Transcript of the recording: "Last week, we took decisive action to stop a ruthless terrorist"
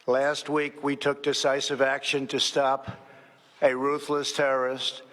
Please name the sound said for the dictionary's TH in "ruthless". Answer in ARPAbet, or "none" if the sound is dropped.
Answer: TH